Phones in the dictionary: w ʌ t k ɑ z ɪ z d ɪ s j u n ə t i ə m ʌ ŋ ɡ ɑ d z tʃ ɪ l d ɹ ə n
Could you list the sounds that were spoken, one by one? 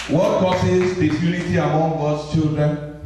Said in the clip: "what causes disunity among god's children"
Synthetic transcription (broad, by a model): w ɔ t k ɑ s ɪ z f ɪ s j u l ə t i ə m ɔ ŋ ɡ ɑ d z tʃ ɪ l d ɹ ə n